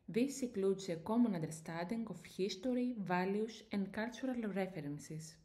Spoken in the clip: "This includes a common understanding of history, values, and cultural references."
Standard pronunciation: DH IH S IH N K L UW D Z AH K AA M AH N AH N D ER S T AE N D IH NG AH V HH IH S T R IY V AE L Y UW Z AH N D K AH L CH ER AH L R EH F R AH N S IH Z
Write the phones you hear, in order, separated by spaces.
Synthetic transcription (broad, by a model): DH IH S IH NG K L UW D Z AH K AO M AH N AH N D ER S T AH N D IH NG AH F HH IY S T R IY V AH L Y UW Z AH N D K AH L CH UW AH L R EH F R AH N S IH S